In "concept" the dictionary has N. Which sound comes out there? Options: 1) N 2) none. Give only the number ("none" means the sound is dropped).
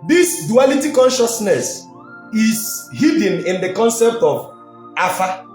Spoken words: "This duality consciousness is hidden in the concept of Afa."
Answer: 1